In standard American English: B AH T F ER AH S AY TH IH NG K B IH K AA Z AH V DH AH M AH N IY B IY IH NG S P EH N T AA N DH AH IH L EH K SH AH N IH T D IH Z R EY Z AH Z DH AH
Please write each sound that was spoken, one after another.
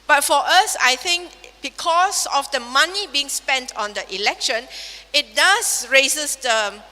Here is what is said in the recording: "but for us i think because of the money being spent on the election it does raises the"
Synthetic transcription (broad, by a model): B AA T F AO AH S AY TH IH NG K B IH K AA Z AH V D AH M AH N IY B IY IH NG S P EH N T AA N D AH IH L EH K SH AH N IH T D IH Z R EY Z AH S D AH